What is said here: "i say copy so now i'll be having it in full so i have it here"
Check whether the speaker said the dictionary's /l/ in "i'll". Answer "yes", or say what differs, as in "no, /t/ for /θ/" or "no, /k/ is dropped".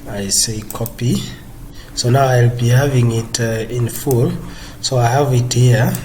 yes